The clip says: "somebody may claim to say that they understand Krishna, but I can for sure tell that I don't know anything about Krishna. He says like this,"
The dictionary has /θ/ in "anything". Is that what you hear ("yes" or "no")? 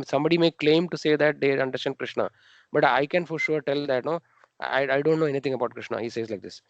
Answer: no